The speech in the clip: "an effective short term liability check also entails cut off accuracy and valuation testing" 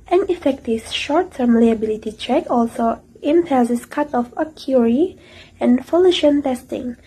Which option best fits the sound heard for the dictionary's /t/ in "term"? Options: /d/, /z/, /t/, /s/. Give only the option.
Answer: /t/